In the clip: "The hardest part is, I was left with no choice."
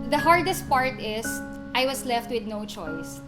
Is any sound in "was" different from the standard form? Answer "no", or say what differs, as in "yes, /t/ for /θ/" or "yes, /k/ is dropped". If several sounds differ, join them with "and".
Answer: yes, /s/ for /z/